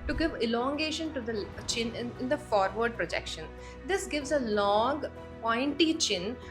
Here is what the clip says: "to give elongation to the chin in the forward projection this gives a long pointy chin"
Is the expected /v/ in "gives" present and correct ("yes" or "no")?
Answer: yes